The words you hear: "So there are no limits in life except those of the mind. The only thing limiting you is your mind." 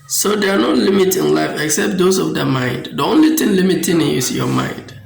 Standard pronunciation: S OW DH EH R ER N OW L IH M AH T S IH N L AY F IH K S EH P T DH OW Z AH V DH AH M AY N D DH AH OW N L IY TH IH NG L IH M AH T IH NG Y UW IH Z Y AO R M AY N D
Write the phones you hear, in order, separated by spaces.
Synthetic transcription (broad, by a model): S OW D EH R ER N OW L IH M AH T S IH N L AY F IH K S EH P T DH OW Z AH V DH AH M AY N D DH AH OW N L IY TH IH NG L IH M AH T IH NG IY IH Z Y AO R M AY N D